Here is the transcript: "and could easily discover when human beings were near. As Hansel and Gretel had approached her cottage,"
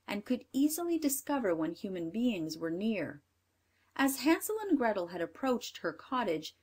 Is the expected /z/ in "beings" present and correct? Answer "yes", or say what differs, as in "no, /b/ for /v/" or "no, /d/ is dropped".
yes